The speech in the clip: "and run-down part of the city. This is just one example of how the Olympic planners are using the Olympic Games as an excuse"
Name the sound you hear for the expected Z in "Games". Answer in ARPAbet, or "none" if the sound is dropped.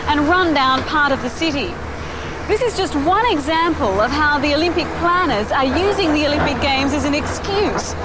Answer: Z